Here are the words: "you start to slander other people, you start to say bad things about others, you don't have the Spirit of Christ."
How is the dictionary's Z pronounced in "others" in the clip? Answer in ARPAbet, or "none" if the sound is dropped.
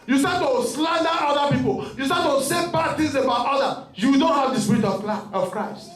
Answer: none